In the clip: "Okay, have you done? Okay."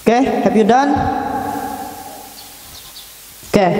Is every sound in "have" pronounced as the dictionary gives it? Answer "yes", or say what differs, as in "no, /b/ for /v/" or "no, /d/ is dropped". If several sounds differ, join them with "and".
no, /p/ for /v/